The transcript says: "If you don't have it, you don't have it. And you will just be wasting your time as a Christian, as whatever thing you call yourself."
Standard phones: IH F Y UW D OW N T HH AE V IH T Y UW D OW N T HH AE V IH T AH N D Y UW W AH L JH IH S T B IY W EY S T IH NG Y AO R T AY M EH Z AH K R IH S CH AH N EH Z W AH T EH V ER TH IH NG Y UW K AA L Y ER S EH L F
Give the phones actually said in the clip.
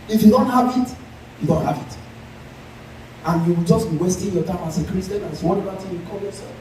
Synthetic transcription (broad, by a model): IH F Y UW D OW N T HH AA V IH T Y UW D OW N T HH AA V IH T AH N Y UW W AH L JH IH S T B IY W EY S T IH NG Y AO T AY M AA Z AH K R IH S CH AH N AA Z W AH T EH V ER T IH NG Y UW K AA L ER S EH